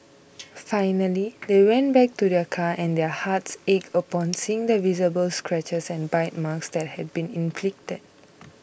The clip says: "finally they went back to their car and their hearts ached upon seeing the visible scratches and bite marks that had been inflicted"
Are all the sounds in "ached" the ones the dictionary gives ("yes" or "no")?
no